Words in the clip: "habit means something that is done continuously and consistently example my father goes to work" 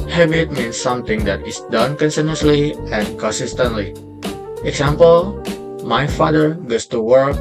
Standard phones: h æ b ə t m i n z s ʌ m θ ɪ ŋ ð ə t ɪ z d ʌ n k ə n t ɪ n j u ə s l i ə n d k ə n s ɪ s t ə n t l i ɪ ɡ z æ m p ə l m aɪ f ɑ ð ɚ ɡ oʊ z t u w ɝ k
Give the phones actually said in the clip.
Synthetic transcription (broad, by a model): h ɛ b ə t m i n s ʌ m t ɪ ŋ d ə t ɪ s d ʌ n k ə n s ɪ n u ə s l i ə n k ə n s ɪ s t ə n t l i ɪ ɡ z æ m p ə l m aɪ f ɑ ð ɚ ɡ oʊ s t u w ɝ k